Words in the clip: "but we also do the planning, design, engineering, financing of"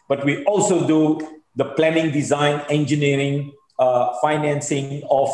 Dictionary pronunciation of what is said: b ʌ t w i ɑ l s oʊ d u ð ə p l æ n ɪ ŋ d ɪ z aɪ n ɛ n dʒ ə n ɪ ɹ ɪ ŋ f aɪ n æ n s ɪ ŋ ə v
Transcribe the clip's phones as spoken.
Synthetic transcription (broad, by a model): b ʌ t w i ɑ l s oʊ d u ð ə p l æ n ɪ ŋ d ɪ z aɪ n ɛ n dʒ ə n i ɹ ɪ ŋ f aɪ n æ n s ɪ ŋ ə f